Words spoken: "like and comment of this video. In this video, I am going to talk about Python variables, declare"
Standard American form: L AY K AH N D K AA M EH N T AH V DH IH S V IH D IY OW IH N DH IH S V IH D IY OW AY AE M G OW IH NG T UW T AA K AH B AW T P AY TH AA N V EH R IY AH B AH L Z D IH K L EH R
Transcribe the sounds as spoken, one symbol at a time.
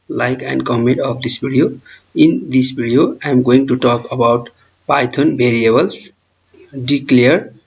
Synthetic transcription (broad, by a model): L AY K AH N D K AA M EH N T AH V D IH S B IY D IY OW IH N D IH S B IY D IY OW AY M G OW IH NG T UW T AA K AH B AW T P AY T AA N B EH R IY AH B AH L S D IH K L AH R